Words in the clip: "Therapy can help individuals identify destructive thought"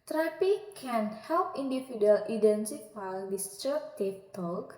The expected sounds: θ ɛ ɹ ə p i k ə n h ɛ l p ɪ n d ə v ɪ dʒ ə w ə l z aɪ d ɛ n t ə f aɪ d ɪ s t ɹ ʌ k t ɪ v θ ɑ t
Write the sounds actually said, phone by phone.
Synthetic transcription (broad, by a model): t ɹ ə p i k ə n h ɛ l p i n d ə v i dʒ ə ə l i d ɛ n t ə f aɪ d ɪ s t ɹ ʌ t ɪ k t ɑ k